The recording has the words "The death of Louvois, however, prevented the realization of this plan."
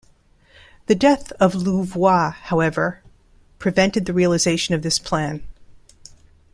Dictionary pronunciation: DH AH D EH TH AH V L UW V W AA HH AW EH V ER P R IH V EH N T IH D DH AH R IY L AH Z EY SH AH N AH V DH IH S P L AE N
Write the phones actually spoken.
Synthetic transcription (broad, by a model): DH AH D EH TH AH V L UW V W AA HH AW EH V ER P R IH V EH N T IH D DH AH R IY L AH Z EY SH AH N AH V DH IH S P L AE N